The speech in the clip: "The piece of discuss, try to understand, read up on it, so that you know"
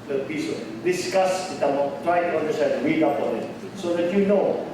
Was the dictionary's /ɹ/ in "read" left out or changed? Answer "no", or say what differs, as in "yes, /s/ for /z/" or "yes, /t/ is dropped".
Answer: yes, /w/ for /ɹ/